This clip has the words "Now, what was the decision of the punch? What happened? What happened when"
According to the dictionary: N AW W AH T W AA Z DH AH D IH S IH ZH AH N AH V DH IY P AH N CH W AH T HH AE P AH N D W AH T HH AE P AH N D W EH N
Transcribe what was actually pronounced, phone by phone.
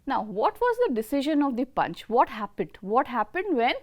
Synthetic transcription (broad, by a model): N AW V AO T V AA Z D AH D IH S IH ZH AH N AH V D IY P AH N CH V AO T HH AE P AH N D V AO T HH AE P AH N D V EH N